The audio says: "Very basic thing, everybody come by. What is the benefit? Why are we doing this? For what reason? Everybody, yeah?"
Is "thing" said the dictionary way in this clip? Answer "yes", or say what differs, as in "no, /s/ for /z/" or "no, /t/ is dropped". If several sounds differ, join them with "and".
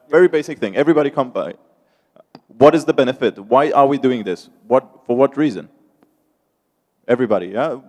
yes